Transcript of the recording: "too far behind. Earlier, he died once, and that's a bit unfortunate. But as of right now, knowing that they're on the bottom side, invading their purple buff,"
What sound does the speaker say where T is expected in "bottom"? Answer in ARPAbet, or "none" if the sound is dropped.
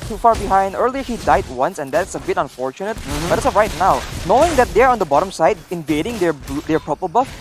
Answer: T